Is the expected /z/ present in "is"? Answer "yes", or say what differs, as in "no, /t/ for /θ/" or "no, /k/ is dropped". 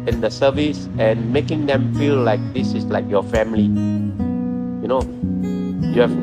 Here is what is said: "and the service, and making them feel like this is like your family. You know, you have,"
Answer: no, /s/ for /z/